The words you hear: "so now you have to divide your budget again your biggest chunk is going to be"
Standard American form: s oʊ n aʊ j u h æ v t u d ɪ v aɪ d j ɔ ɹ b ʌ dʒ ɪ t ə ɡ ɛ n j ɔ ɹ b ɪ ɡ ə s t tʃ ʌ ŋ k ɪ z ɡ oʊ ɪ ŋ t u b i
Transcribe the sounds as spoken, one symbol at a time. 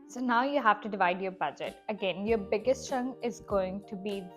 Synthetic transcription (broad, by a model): s oʊ n aʊ j u h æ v t u d ɪ v aɪ d j ɔ ɹ b ʌ dʒ ɪ t ə ɡ ɛ n j ɔ ɹ b ɪ ɡ ə s t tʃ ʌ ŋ ɪ z ɡ oʊ ɪ ŋ t u b i